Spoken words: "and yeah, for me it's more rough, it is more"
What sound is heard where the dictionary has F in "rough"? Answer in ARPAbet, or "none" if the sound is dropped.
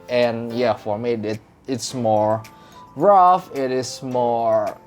F